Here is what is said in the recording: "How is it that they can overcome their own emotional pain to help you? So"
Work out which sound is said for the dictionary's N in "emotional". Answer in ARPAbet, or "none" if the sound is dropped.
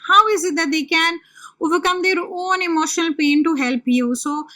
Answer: N